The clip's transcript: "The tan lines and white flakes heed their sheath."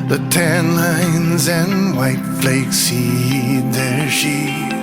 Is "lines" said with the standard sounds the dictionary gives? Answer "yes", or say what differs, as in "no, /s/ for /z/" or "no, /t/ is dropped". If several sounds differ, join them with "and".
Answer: yes